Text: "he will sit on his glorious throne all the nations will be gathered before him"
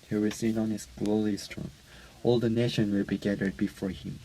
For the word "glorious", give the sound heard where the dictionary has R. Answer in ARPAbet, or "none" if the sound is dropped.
L